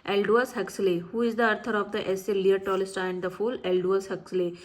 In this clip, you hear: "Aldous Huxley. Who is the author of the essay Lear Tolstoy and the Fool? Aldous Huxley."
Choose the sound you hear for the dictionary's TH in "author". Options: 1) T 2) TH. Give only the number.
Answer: 1